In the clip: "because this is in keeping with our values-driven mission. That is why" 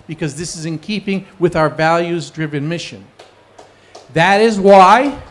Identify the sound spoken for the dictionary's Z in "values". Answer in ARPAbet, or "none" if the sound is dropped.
Z